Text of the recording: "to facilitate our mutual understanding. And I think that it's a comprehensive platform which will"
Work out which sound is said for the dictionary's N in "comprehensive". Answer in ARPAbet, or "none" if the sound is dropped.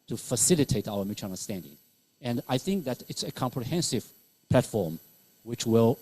N